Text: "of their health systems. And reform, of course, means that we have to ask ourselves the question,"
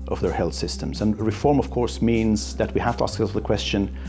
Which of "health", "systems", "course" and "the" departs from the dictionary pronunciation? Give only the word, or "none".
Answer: none